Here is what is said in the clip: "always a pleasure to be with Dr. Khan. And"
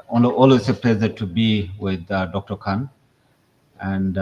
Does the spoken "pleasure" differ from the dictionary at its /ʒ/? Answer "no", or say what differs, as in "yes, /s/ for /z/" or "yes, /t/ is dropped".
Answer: yes, /z/ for /ʒ/